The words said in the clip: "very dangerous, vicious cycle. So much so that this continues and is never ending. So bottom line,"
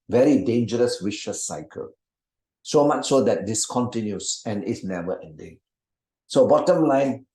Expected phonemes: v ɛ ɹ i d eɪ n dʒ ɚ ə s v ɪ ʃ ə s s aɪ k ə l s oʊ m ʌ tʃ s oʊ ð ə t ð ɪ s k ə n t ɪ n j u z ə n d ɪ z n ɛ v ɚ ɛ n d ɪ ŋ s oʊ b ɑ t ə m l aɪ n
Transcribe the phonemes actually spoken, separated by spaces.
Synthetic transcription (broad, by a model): v ɛ ɹ i d eɪ n dʒ ɚ ə s w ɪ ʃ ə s s aɪ k ə l s oʊ m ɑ tʃ s oʊ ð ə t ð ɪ s k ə n t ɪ n j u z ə n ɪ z n ɛ v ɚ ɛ n d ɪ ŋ s oʊ b ɑ t ə m l aɪ n